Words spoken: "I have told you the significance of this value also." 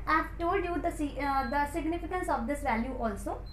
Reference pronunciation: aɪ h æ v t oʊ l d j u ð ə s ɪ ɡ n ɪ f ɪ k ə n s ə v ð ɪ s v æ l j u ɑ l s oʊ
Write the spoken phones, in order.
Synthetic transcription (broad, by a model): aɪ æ f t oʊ d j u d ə s ɪ ɡ n ɪ f ɪ k ə n s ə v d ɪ s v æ l j u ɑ l s oʊ